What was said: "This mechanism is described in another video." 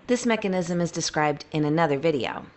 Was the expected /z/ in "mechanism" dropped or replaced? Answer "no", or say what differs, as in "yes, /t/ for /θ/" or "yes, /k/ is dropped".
no